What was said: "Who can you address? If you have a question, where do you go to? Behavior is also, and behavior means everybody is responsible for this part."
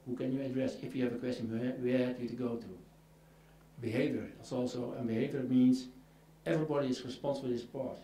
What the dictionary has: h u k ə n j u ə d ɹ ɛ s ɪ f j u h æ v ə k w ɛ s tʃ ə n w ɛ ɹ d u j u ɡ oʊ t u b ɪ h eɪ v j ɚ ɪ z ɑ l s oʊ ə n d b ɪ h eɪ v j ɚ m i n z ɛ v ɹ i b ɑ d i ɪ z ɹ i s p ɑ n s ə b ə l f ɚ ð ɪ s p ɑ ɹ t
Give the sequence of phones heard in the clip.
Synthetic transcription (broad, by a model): h u k ə n j u ə d ɹ ɛ s ɪ f j u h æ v ə k w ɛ s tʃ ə n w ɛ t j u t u ɡ oʊ t u b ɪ h eɪ v j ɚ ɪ s ɑ l s oʊ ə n b ɪ h eɪ v j ɚ m i n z ɛ v ɹ i b ɑ d i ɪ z ɹ i s p ɑ n s ə b ə l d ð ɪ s p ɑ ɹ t